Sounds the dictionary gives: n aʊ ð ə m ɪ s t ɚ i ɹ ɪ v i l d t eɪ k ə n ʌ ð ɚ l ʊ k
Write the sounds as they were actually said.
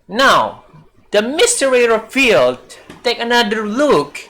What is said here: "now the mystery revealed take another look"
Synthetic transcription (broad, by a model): n aʊ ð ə m ɪ s t ɚ i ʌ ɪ f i l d t eɪ k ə n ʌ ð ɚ l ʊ k